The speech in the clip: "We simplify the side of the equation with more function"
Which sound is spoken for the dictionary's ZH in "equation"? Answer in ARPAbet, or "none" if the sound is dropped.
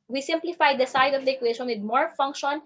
SH